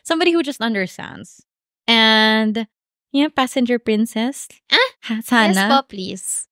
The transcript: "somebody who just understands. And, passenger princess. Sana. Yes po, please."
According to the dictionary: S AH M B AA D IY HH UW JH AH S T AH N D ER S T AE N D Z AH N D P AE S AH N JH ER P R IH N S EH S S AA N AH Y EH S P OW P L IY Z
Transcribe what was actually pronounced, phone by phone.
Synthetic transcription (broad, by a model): S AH M B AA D IY HH UW JH AH S T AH N D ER S T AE N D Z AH N D P AE S AH N JH ER P R IH N S EH S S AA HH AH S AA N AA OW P L IY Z